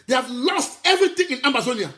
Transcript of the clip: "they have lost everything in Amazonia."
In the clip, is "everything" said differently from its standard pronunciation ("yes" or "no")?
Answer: yes